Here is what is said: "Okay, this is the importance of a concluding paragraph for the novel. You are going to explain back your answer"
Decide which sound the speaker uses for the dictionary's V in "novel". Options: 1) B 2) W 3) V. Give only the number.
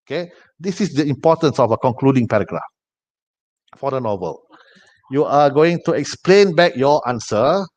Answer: 3